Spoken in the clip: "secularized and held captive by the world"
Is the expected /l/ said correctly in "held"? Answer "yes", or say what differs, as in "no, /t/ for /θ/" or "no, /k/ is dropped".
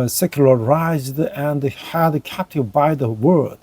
no, /l/ is dropped